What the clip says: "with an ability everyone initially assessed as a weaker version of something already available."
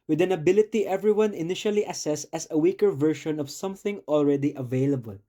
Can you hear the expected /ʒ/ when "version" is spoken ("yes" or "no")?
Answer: no